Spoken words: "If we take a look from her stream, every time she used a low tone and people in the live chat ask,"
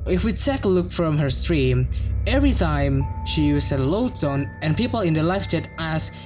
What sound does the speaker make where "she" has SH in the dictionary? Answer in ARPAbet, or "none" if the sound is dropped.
SH